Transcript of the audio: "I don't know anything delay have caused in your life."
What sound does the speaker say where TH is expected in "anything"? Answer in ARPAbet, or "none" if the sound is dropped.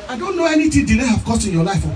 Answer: T